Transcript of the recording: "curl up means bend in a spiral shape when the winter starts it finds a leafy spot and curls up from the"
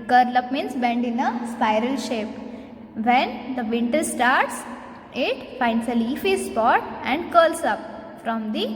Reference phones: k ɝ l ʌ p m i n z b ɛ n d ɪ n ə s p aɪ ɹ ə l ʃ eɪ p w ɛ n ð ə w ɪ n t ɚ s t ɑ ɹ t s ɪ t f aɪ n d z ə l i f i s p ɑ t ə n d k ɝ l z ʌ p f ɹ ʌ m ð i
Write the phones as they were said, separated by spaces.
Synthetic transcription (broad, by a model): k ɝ l ʌ p m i n s b ɛ n d ɪ n ə s p aɪ ɹ ə l ʃ eɪ p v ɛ n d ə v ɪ n t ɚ s t ɑ ɹ t s ɪ t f aɪ n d s ə l i f i s p ɑ t ə n d k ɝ l s ʌ p f ɹ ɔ m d i